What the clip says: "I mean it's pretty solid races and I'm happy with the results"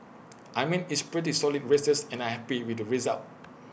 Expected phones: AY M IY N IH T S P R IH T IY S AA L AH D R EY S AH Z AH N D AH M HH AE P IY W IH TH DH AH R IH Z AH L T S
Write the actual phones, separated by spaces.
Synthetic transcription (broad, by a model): AY M IY N IH T S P R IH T IY S AA L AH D R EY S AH S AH N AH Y HH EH P IY W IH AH R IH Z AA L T